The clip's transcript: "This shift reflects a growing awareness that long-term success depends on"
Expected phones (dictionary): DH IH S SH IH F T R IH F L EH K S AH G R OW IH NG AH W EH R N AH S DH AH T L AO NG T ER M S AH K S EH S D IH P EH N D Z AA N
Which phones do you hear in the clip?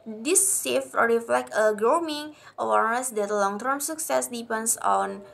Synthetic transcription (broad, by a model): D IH S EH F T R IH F L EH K AH G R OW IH NG AH W EH R N AH S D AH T L AO NG T ER M S AH K S EH S D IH P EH N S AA N